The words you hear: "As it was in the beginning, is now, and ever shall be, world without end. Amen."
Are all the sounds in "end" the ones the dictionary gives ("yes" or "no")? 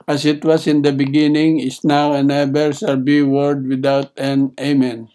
no